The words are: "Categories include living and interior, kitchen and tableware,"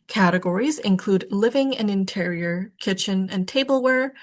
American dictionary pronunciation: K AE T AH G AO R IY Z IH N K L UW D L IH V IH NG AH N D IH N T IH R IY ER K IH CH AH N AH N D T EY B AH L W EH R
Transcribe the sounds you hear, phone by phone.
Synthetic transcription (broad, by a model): K AE T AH G AO R IY Z IH N K L UW D L IH V IH NG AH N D IH N T IH R IY ER K IH CH AH N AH N T EY B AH L W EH R